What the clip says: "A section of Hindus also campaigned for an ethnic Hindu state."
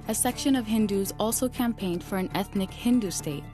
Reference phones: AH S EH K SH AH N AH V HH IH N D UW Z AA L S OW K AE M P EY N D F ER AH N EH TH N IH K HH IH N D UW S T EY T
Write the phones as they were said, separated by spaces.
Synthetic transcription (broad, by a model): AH S EH K SH AH N AH V HH IH N D UW Z AA L S OW K AE M P EY N D F ER AH N EH TH N IH K HH IH N D UW S T EY T